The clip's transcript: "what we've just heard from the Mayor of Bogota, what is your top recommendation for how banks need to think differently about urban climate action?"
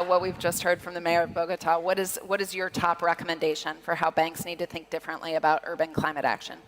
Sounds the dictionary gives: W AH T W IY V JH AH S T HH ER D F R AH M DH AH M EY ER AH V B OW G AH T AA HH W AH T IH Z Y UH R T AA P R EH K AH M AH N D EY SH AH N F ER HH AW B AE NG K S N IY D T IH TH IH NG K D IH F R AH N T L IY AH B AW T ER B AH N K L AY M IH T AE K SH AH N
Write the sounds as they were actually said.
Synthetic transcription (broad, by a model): W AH T W IY V JH AH S T HH ER D F R AH M DH AH M EY ER AH V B OW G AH T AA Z W AH T IH Z Y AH R T AA P R EH K AH M AH N D EY SH AH N F ER HH AW B AE NG K S N IY D T IH TH IH NG K D IH F R AH N T L IY AH B AW T ER B AH N K L AY M IH T AE K SH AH N